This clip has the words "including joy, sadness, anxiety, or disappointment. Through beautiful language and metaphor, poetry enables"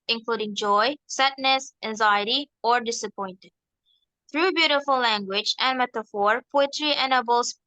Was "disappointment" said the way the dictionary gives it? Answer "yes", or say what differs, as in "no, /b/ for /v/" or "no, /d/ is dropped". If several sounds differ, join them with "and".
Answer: no, /m/ is dropped